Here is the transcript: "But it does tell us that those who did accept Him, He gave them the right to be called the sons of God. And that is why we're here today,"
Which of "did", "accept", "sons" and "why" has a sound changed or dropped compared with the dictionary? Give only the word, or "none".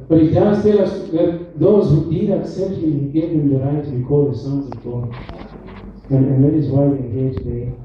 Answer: none